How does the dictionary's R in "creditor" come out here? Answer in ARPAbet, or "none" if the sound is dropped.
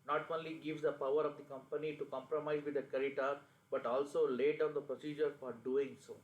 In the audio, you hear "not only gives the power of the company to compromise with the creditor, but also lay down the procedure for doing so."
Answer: none